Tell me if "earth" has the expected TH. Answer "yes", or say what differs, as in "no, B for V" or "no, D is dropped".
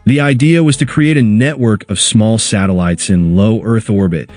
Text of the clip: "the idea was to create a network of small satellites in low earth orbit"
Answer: yes